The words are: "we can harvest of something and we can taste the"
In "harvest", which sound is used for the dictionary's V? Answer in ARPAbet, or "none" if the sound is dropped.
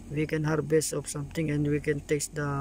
B